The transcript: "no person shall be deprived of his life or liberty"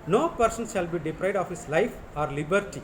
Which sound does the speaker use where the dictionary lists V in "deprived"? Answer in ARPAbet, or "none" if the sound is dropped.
none